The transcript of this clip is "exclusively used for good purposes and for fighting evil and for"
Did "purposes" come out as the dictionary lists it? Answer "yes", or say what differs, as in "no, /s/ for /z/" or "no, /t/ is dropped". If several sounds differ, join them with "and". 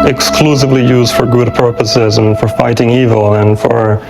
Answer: yes